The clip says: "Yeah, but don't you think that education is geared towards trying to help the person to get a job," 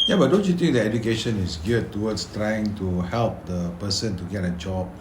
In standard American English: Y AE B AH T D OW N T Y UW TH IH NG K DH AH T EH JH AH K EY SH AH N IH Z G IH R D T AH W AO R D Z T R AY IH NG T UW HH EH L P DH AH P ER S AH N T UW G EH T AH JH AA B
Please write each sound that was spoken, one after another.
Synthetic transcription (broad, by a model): Y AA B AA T D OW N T Y UW T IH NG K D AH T EH JH AH K EY SH AH N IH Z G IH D T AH W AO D S T R AY IH NG T UW HH EH L P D AH P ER S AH N T UW G EH T AH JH AA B